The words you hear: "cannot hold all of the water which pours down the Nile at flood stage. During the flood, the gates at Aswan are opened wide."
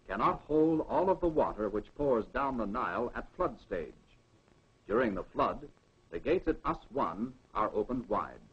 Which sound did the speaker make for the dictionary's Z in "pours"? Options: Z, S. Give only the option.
Z